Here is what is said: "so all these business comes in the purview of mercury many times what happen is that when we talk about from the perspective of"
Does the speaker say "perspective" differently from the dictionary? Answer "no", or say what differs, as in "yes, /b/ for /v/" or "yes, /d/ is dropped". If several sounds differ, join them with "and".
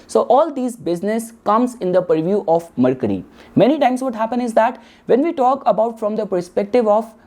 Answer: no